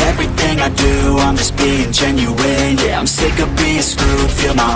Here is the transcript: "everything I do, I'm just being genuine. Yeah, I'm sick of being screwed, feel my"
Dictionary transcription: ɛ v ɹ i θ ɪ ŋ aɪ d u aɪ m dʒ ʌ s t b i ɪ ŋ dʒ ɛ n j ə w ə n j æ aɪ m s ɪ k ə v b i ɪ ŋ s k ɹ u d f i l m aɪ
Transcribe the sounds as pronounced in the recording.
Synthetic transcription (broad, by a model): ɛ v ɹ i θ ɪ ŋ aɪ d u aɪ m dʒ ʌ s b i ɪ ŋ dʒ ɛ n j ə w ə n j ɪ aɪ m s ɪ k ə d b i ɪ s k u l f i l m aɪ